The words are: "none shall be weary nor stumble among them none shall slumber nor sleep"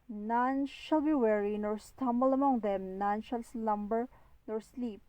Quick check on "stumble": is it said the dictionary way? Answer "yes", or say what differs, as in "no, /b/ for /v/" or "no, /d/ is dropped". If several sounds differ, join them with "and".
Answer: yes